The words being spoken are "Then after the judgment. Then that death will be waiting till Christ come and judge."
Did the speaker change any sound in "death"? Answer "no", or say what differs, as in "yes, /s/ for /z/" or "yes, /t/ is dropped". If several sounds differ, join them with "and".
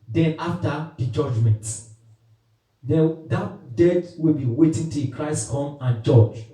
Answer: yes, /t/ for /θ/